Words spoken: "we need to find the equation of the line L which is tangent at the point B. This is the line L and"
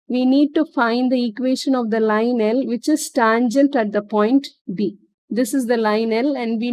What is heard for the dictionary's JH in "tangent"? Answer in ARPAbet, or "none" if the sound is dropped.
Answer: JH